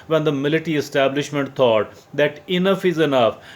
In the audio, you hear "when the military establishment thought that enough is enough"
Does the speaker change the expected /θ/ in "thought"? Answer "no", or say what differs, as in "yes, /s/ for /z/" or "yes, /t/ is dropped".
yes, /t/ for /θ/